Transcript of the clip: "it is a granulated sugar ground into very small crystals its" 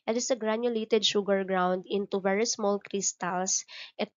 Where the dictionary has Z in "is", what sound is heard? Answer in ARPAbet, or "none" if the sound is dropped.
S